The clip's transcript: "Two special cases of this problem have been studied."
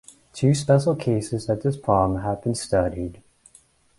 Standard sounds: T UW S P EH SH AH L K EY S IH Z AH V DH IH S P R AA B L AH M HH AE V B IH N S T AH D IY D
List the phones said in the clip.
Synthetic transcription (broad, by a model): T UW S P EH SH L K EY S IH Z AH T DH IH S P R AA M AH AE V B IH N S T AH D IY D